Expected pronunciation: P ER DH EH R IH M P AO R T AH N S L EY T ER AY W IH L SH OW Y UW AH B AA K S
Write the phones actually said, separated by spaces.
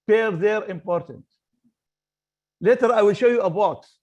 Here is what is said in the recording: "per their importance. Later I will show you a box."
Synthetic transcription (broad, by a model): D DH EH R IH M P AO R T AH N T L EY T ER AY W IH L SH OW Y UW AH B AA K S